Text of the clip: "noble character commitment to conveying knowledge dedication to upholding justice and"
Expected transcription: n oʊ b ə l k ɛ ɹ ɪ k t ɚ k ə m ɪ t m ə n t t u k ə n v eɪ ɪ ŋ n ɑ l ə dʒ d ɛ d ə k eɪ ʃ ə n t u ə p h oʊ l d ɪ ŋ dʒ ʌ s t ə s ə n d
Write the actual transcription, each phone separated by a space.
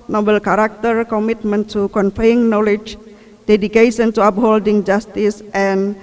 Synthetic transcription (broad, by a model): n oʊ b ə l k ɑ ɹ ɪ k t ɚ k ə m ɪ t m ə n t t u k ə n f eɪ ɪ ŋ n ɑ l ə dʒ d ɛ d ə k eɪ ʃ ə n t u ə p h oʊ l d ɪ ŋ dʒ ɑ s t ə s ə n